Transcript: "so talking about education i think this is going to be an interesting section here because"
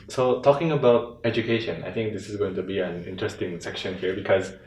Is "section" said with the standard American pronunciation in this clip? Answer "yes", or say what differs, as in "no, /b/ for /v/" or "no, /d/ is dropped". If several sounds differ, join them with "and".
yes